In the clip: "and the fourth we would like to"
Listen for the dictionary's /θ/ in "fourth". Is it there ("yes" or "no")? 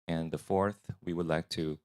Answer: yes